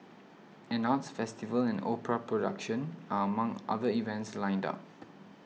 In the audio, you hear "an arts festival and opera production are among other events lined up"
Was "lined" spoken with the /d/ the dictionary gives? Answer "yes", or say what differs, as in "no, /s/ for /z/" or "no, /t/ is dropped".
yes